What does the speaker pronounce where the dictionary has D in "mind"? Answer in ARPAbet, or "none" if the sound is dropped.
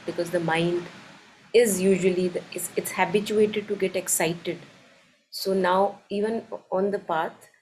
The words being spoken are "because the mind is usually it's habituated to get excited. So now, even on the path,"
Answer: D